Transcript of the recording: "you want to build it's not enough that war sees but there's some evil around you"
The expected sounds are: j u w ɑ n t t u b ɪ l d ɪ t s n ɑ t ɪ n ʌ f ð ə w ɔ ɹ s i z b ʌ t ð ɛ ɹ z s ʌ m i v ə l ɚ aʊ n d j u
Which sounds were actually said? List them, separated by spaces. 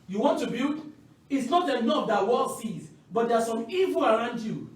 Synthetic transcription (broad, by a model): j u w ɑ n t t u b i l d ɪ t s n ɑ t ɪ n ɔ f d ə w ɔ l s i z b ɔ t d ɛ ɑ s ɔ m i v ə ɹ aʊ n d j u